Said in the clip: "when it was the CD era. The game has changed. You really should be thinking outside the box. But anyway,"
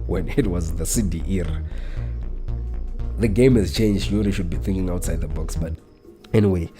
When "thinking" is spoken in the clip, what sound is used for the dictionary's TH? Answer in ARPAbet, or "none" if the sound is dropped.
TH